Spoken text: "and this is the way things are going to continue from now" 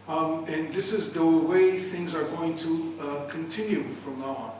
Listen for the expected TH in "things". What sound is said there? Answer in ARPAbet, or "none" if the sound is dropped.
TH